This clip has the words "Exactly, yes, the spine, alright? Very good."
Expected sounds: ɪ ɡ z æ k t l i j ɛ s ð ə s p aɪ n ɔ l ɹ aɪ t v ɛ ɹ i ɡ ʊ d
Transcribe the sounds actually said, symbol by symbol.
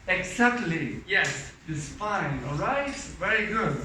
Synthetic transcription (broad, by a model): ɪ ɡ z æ k t l i j ɛ s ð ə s f aɪ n ɔ l ɹ aɪ t v ɛ ɹ i ɡ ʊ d